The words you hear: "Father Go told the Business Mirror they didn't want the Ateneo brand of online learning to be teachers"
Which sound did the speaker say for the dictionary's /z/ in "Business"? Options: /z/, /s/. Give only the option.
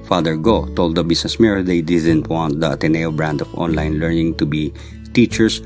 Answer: /s/